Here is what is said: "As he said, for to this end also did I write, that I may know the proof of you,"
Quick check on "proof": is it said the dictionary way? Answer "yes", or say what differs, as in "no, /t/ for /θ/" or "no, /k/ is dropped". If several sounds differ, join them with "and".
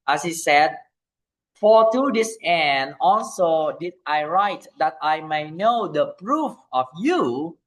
yes